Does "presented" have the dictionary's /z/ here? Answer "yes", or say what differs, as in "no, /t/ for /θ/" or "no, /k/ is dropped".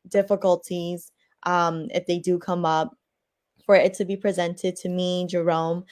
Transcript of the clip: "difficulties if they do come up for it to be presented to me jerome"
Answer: yes